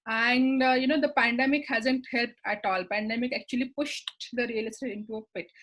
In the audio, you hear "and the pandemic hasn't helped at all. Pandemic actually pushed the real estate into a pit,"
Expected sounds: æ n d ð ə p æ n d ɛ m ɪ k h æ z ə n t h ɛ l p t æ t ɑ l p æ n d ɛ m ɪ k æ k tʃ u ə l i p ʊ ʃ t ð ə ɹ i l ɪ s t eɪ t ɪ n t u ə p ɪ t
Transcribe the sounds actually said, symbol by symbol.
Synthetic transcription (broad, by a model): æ n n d ə p æ n d ɛ m ɪ k h æ z ə n t h ɛ l p t æ t ɑ l p æ n d ɛ m ɪ k æ k tʃ u ə l i p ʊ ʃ t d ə ɹ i l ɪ s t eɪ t ɪ n t u ə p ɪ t